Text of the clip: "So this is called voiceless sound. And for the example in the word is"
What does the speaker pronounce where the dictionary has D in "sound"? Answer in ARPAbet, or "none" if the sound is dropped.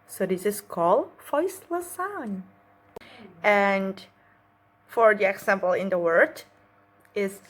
none